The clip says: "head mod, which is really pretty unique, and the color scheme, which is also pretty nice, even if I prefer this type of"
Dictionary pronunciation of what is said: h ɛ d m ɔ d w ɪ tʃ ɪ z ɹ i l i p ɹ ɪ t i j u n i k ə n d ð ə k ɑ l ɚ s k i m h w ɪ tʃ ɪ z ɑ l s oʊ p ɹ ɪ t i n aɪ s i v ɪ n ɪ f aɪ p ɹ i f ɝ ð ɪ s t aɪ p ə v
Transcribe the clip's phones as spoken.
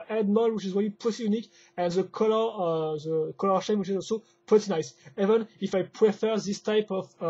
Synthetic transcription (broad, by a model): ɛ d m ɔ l w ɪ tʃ ɪ z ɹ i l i p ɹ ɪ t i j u n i k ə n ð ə k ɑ l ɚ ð k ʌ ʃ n w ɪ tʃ ɪ z ɑ l s oʊ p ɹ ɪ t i n aɪ s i v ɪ n ɪ f aɪ p ɹ i f ɝ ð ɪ s t aɪ p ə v